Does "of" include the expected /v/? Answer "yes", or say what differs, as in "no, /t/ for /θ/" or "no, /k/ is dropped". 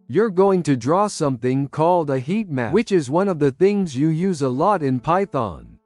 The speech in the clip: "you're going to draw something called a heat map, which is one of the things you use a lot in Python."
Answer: yes